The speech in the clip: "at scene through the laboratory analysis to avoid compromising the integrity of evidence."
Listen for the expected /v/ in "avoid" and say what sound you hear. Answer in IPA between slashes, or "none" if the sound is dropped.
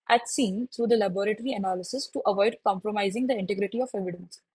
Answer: /v/